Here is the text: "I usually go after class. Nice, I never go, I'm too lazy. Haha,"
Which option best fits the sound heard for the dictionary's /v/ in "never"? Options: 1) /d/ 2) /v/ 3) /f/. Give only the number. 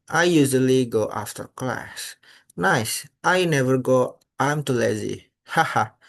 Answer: 2